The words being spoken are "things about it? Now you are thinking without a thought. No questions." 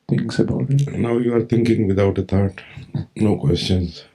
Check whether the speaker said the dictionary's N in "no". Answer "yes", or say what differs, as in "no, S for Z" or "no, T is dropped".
yes